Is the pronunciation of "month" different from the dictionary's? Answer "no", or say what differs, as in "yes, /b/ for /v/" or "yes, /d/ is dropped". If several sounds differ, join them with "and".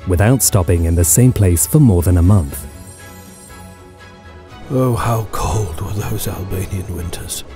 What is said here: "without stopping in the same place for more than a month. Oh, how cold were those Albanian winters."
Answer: no